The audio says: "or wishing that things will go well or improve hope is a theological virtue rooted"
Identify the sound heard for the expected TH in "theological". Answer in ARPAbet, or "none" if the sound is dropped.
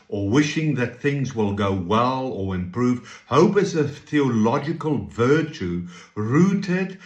TH